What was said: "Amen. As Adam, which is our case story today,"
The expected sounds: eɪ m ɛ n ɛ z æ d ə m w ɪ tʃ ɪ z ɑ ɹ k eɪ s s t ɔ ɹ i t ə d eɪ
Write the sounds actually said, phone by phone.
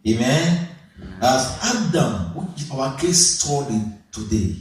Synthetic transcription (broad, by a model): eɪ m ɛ n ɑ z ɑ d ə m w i ɪ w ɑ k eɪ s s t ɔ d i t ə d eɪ